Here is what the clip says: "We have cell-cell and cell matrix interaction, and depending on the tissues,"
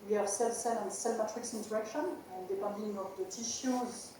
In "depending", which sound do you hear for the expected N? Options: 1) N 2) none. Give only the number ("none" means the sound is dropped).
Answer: 2